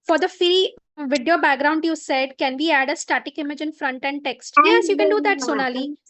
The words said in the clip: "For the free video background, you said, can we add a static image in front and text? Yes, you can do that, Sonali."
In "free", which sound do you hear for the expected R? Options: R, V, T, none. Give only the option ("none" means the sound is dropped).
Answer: none